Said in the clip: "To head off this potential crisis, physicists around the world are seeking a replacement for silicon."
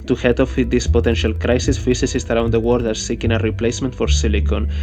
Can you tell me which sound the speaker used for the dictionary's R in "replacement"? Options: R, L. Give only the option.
R